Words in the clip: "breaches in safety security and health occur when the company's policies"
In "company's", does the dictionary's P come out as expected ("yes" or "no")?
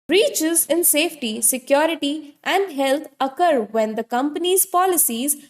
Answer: yes